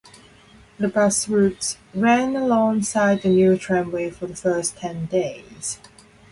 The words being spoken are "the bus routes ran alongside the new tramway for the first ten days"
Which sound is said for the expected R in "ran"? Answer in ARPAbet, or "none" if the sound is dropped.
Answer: R